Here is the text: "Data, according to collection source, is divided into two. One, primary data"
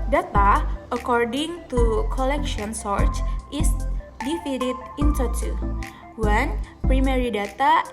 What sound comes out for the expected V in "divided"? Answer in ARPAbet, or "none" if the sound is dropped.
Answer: F